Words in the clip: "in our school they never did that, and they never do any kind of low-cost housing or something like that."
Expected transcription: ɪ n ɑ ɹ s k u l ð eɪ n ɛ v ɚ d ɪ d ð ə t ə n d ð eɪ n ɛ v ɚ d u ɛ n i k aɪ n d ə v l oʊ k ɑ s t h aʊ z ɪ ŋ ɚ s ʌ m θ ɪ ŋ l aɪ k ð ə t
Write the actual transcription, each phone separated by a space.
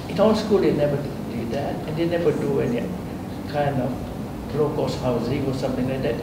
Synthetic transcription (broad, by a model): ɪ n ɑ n s k u l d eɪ n ɛ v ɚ d ɪ d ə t ə n d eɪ n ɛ v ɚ d u ɛ n i k aɪ n d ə b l oʊ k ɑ s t h aʊ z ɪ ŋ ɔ s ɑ m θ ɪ ŋ l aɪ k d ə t